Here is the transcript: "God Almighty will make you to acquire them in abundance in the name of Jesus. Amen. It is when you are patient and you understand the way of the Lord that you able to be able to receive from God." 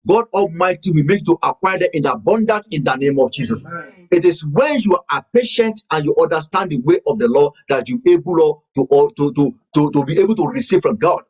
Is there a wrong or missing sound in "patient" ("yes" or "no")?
no